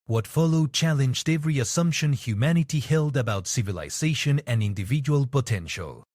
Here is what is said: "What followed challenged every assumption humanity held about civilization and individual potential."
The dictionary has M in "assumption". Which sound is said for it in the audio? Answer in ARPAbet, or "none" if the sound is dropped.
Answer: M